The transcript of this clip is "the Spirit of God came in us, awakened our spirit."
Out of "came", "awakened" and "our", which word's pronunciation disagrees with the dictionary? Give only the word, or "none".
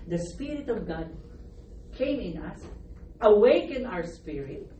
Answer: awakened